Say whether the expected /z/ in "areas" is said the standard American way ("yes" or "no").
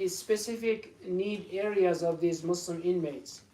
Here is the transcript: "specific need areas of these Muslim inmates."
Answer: yes